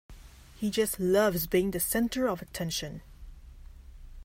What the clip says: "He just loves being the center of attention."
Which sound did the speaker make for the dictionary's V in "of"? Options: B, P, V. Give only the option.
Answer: V